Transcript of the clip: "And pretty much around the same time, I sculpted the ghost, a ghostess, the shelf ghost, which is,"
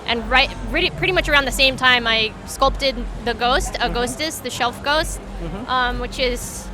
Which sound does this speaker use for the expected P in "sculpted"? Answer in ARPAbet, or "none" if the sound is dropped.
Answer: P